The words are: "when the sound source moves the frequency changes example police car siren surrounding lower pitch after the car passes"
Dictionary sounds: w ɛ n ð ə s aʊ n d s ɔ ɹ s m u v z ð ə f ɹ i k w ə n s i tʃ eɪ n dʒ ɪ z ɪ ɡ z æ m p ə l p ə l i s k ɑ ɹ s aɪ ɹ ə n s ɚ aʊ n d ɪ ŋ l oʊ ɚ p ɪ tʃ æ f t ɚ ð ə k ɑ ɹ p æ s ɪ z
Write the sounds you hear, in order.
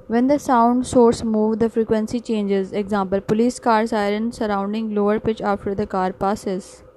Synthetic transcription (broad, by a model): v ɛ n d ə s aʊ n d s ɔ ɹ s m u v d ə f ɹ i k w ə n s i tʃ eɪ n dʒ ɪ z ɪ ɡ z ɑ m p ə l p ə l i s k ɑ ɹ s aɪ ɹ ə n s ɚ aʊ n d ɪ ŋ l oʊ ɚ p ɪ tʃ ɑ f t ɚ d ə k ɑ ɹ p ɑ s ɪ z